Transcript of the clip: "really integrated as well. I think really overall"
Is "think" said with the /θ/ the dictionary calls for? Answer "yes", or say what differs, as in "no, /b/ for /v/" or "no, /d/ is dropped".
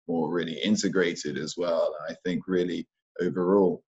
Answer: yes